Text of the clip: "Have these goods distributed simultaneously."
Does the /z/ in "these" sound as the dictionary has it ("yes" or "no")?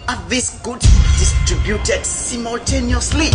no